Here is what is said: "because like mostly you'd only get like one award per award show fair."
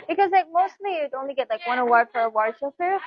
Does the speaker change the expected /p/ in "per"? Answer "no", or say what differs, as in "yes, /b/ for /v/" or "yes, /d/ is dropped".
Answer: yes, /f/ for /p/